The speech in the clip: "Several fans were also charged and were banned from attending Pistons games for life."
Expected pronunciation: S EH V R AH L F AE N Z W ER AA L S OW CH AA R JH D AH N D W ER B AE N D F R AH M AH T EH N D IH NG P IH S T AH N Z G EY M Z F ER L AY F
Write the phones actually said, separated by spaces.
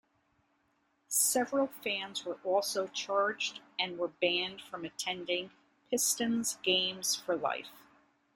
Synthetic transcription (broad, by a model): S EH V R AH L F AE N Z W ER AA L S OW CH AA R JH D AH N W ER B AE N D F R AH M AH T EH N D IH NG P IH S T AH N Z G EY M Z F ER L AY F